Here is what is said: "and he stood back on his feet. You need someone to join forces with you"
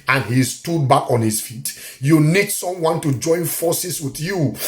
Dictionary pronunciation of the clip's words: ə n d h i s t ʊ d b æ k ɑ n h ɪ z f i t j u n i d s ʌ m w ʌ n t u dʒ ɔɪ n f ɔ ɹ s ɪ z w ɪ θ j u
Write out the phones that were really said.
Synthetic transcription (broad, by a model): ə n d h i s t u d b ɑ k ɑ n h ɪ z f i t j u n i d s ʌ m w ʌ n t u dʒ ɔɪ n f ɔ s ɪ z w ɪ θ j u